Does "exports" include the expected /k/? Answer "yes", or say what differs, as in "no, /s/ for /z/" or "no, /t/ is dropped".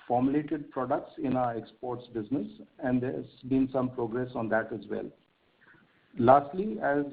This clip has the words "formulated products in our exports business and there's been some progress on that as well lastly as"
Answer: yes